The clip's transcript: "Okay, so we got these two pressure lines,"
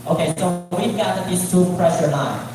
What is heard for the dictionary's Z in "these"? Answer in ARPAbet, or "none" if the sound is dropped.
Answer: S